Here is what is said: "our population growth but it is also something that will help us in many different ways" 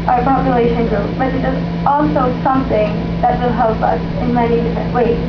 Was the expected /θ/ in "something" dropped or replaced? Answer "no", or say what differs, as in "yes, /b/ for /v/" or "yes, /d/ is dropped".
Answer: no